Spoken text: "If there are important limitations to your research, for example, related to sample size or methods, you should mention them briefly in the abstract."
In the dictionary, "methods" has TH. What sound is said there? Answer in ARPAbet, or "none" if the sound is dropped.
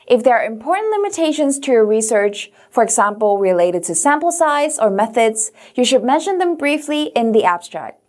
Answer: TH